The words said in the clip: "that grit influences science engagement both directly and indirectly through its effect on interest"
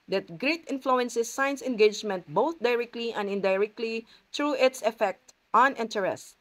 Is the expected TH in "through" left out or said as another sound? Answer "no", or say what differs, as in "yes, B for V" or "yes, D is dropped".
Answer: yes, T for TH